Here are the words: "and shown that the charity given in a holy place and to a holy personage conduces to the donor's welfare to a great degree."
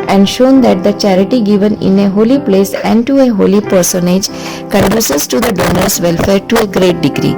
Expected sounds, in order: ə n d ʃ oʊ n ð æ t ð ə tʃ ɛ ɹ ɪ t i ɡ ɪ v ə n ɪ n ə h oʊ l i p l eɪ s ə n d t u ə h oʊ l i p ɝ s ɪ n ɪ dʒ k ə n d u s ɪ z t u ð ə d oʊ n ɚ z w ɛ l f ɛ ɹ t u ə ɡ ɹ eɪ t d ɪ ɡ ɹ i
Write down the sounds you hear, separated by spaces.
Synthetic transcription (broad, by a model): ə n d ʃ oʊ n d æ t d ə tʃ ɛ ɹ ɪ t i ɡ ɪ v ə n ɪ n ə h oʊ l i p l eɪ s ə n d t u ə h oʊ l i p ɝ s ɪ n ɪ dʒ k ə n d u s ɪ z t u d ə d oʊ n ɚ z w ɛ l f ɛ ɹ t u ə ɡ ɹ eɪ t d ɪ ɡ ɹ i